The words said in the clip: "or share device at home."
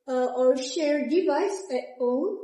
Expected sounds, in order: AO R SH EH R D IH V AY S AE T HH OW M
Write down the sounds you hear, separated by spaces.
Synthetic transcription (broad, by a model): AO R SH EH R D IH V AY S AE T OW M